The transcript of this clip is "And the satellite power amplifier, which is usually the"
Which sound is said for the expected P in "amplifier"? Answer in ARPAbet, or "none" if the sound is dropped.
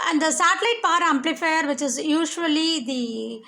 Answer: P